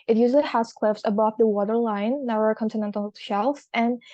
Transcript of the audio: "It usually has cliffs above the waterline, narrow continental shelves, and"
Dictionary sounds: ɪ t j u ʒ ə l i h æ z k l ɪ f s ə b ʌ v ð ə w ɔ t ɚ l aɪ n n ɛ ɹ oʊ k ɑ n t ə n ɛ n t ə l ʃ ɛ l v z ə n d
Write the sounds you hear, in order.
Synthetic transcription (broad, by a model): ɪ t j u z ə h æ s k l ɪ f s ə b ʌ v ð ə w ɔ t ɚ l aɪ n n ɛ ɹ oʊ k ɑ n t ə n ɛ n t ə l ʃ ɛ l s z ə n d